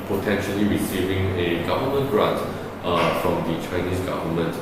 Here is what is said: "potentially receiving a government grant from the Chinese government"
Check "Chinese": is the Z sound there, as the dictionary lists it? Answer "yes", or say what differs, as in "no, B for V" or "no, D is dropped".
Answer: no, S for Z